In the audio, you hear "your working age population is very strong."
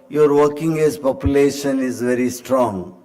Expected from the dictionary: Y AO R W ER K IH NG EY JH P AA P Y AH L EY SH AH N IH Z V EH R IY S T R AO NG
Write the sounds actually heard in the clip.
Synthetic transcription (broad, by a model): Y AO R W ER K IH NG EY Z P AA P Y AH L EY SH AH N IH Z V EH R IY S T R AO NG